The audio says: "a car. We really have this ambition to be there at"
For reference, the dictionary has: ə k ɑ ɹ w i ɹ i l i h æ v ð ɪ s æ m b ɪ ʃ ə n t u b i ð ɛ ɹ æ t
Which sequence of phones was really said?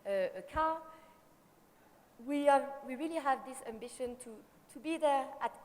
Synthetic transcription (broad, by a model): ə k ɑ w w i ɹ i l i h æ v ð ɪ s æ m b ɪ ʃ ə n t u b i ð ɛ ɹ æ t